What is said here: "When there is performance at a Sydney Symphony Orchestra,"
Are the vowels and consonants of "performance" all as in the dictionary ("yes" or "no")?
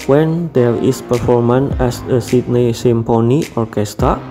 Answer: no